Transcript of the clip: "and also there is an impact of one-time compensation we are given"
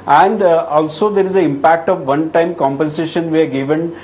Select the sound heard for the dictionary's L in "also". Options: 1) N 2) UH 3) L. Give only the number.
3